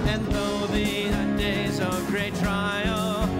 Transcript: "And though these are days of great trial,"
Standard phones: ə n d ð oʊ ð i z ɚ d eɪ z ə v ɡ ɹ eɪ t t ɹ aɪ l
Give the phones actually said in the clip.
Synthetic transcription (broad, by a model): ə n ð oʊ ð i ɚ d eɪ z ə v ɡ ɹ eɪ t t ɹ aɪ l